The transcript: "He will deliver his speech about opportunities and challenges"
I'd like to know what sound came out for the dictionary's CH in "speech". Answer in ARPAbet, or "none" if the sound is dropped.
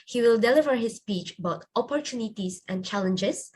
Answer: CH